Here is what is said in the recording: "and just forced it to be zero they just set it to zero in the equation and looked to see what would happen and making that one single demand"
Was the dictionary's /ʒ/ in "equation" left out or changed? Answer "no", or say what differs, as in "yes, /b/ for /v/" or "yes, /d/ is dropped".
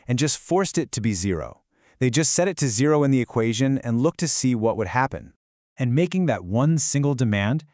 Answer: no